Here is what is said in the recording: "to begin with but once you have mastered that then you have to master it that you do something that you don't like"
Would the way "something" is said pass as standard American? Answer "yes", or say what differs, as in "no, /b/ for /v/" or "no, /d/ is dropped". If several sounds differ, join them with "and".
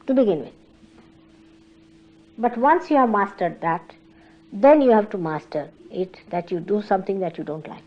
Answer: no, /t/ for /θ/